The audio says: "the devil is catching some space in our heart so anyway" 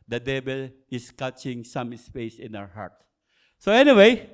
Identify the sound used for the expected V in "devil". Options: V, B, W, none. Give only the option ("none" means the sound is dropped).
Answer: B